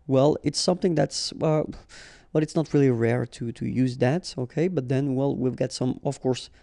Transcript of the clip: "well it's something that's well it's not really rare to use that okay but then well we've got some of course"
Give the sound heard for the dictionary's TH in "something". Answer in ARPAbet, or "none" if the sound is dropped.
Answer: TH